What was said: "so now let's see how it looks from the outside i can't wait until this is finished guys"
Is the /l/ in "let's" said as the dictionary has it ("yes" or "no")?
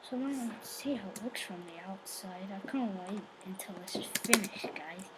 no